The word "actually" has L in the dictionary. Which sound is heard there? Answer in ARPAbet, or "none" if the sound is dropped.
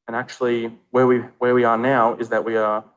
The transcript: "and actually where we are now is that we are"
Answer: W